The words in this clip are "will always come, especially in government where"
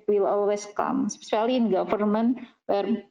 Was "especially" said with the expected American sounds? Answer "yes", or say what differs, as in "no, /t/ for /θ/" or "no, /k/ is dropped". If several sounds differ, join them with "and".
no, /s/ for /ʃ/